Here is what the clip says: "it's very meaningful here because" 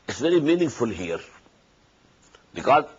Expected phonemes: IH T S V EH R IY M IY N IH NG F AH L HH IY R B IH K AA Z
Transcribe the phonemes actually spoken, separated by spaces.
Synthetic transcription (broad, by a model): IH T S V EH R IY M IY N IH NG F AH L HH IY R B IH K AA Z